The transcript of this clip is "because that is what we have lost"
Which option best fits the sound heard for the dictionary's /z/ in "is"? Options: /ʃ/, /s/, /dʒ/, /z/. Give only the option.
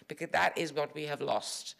/z/